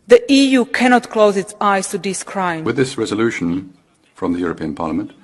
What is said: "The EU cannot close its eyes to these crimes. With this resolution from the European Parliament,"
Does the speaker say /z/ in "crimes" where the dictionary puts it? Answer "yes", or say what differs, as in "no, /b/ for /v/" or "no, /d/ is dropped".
no, /z/ is dropped